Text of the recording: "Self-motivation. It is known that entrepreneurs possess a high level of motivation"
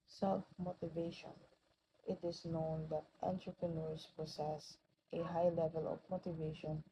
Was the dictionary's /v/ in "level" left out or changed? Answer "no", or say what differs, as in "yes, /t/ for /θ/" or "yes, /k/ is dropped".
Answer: no